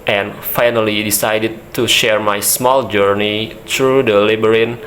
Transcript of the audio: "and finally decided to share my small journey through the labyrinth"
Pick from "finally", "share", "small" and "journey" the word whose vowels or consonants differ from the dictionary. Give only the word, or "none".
none